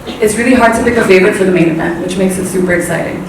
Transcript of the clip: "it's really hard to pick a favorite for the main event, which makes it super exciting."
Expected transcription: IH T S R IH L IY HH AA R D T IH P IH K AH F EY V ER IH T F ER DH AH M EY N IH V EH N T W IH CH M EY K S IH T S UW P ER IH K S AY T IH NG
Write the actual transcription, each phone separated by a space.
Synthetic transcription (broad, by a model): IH T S R IH L IY HH AA R D T IH B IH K AH F EY V ER IH T F ER DH AH M EY N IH B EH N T W IH CH M EY K S IH T S UW P ER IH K S AY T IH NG